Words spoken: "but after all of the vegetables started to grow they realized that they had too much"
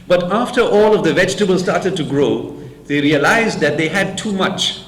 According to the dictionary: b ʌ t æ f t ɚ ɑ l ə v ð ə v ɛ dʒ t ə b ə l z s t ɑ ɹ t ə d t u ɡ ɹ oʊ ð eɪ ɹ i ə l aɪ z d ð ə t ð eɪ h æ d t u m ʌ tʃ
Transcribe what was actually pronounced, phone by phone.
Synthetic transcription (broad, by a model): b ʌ t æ f t ɚ ɑ l ə v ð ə v ɛ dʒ t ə b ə l s t ɑ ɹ t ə d t u ɡ ɹ oʊ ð eɪ ɹ i ə l aɪ z d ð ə t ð eɪ h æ d t u m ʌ tʃ